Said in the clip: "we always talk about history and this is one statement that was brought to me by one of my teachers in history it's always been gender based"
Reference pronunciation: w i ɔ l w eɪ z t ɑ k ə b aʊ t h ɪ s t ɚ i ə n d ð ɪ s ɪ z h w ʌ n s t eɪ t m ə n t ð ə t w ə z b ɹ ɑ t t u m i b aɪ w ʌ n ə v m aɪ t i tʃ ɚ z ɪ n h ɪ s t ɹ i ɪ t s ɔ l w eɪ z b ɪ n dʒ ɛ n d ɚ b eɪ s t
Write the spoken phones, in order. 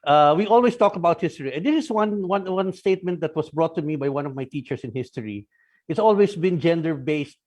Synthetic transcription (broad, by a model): w i ɔ l w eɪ s t ɑ k ə b aʊ t h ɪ s t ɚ i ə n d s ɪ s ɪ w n w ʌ n s t eɪ t m ə n t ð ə t w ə s b ɹ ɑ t t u m i b aɪ w ʌ n ə v m aɪ t i tʃ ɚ s ɪ n h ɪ s t ɹ i ɪ t s ɔ l w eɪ s b ɪ n dʒ ɛ n d ɚ b eɪ s t